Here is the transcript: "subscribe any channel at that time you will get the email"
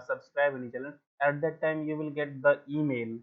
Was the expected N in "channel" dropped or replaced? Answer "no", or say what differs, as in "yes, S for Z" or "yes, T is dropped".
yes, L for N